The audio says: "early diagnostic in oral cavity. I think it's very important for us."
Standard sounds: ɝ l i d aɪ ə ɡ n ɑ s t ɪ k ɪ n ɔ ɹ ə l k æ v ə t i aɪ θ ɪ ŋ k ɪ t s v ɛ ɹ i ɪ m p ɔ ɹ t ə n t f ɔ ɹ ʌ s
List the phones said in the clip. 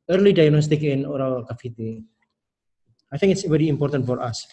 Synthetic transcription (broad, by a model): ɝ l i d aɪ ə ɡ n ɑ s t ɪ k ɪ n ɔ ɹ ə l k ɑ f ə t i aɪ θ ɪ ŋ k ɪ t s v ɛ ɹ i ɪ m p ɔ ɹ t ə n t f ɔ ɹ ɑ s